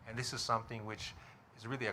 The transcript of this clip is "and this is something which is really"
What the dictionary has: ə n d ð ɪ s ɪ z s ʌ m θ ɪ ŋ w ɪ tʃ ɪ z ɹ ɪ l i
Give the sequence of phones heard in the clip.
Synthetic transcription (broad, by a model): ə n ð ɪ s ɪ z s ʌ m θ ɪ ŋ w ɪ tʃ ɪ z ɹ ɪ l i